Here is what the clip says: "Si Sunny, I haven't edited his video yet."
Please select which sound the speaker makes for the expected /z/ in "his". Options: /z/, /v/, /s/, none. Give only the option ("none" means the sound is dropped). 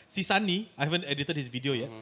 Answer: /s/